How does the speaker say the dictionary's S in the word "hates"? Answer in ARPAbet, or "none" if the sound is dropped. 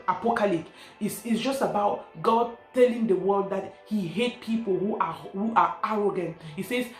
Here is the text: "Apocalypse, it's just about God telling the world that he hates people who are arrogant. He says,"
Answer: none